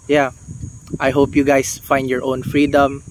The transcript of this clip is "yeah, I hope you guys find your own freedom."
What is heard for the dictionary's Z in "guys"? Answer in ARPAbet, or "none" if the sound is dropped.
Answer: S